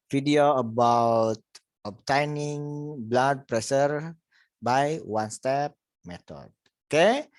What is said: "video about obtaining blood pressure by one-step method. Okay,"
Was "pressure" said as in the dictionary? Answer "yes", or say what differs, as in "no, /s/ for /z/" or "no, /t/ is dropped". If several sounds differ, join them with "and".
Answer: no, /s/ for /ʃ/